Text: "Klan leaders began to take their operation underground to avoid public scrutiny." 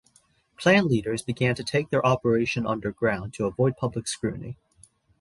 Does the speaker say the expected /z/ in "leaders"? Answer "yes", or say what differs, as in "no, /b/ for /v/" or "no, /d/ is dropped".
yes